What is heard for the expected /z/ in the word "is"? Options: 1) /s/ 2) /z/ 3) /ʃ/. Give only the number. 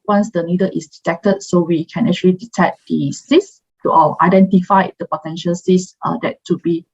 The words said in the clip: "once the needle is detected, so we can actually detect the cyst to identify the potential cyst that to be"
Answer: 1